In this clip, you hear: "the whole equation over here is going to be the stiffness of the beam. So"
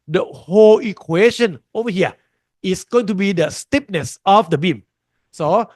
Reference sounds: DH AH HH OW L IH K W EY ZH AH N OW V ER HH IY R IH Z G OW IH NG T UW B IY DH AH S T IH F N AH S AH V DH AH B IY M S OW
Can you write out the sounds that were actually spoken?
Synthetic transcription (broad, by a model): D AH HH OW L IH K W EY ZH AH N OW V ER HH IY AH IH S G OW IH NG T UW B IY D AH S T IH P N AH S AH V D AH B IY M S OW